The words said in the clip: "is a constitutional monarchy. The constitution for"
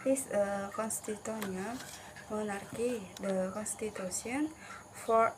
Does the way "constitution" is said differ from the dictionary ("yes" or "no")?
yes